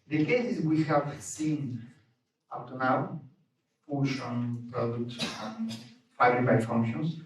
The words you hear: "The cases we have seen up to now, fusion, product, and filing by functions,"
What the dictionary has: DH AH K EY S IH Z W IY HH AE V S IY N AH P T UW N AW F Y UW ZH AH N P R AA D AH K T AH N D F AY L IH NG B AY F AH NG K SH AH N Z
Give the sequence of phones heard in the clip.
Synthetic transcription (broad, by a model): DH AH K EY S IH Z W IY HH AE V S IY N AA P T UW N AW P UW SH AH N P R AA D AH K T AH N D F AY IH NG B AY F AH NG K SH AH N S